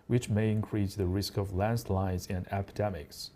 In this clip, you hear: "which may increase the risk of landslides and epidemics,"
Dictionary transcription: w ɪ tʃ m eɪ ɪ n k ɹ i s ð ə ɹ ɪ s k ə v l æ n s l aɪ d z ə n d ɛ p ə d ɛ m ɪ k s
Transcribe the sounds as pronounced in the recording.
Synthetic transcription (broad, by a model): w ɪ tʃ m eɪ ɪ n k ɹ i s ð ə ɹ ɪ s k ə v l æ n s l aɪ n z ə n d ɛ p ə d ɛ m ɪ k s